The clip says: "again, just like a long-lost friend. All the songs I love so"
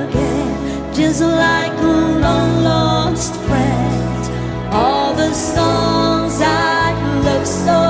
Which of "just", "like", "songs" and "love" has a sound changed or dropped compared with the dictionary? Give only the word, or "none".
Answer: none